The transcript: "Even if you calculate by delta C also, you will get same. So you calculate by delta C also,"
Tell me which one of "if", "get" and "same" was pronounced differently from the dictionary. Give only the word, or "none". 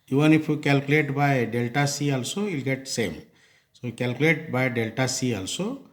if